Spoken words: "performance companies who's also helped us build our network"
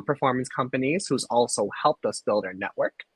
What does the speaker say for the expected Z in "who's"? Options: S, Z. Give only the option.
Z